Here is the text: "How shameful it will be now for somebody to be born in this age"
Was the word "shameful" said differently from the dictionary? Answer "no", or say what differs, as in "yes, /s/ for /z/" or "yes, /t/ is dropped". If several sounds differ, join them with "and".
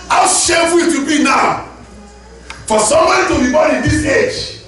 yes, /m/ is dropped